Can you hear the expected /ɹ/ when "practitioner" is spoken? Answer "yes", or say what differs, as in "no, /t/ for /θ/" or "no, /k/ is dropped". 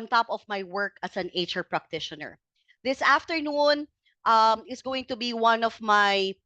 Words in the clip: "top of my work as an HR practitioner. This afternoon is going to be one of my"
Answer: yes